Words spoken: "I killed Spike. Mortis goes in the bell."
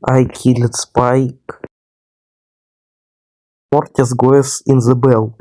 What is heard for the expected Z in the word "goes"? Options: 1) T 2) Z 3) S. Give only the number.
3